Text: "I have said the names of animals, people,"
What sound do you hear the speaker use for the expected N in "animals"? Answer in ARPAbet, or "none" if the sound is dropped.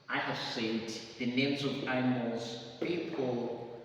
none